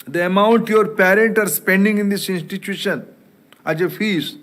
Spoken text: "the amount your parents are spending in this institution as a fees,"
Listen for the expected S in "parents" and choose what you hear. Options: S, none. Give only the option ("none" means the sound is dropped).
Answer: none